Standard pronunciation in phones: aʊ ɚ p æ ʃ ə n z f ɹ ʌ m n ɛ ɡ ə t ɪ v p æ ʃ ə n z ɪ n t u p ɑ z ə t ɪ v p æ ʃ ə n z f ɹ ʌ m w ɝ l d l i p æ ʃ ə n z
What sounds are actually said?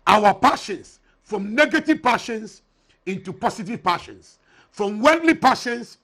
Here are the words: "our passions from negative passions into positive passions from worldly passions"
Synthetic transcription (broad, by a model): aʊ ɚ p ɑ ʃ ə n s f ɹ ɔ m n ɛ ɡ ə t ɪ v p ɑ ʃ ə n s ɪ n t u p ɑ s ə t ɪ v p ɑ ʃ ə n s f ɹ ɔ m w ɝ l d l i p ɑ ʃ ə n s